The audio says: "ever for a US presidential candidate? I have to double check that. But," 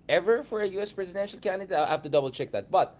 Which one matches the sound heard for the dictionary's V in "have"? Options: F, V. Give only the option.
F